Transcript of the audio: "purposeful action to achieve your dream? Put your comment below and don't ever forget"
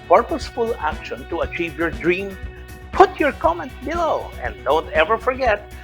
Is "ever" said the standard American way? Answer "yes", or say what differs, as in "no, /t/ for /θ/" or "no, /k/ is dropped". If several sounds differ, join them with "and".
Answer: yes